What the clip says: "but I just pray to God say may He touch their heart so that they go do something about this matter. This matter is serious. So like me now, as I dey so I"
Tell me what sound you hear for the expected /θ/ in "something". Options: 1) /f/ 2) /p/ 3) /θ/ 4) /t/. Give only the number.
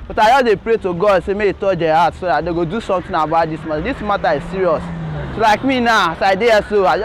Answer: 4